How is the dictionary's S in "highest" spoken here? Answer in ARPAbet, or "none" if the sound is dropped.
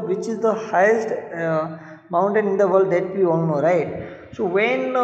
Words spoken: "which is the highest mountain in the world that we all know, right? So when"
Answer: S